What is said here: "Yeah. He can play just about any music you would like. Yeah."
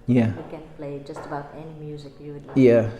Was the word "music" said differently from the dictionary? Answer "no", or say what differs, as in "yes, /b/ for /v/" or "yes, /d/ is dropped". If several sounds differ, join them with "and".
no